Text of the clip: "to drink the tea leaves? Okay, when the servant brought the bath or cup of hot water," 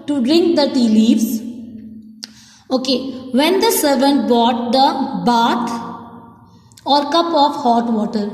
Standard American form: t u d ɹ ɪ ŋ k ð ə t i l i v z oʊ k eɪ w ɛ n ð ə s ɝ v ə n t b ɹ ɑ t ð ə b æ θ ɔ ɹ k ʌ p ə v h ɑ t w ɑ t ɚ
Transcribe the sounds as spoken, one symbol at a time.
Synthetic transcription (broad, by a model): t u d ɹ ɪ ŋ k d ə t i l i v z oʊ k eɪ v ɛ n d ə s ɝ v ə n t b ɑ t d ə b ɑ t ɔ ɹ k ʌ p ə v h ɑ t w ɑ t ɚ